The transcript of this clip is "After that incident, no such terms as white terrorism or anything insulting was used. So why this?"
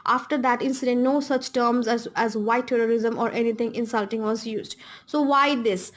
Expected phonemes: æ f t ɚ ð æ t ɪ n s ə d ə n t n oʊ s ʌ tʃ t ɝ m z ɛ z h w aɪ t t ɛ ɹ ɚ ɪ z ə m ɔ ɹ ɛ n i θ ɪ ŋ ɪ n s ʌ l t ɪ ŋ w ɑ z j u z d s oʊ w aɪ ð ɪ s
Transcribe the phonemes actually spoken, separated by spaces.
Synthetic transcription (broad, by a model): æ f t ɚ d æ t ɪ n s ə d ə n t n oʊ s ʌ tʃ t ɝ m z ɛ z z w aɪ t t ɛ ɹ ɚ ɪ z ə m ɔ ɹ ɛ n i t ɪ ŋ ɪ n s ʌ l t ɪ ŋ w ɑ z j u z d s oʊ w aɪ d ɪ s